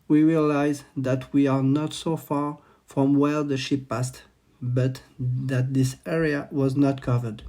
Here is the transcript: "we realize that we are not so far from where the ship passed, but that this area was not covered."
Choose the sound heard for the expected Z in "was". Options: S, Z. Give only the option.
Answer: Z